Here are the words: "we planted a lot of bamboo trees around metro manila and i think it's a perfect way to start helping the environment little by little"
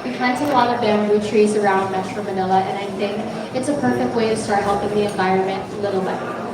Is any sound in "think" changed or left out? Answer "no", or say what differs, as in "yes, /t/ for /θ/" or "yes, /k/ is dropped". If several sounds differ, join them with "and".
no